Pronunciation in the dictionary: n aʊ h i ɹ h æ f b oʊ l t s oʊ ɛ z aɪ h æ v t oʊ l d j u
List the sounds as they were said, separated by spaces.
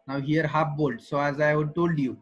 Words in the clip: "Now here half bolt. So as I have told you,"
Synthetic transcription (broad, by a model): n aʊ h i ɹ h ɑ p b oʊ l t s oʊ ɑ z aɪ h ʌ t oʊ l d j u